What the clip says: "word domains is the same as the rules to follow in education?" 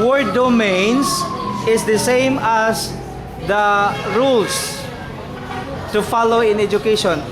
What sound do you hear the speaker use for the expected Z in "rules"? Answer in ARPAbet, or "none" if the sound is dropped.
S